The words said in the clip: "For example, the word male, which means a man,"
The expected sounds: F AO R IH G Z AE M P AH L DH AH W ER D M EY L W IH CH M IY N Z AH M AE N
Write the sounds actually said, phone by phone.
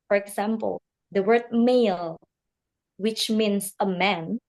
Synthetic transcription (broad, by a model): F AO R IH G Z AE M P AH L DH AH W ER D M EY L W IH CH M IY N S AH M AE N